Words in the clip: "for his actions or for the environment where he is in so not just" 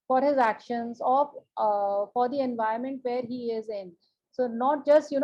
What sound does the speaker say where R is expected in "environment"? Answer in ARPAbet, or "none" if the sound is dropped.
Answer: none